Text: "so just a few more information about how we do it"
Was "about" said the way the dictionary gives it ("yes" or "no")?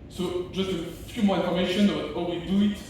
no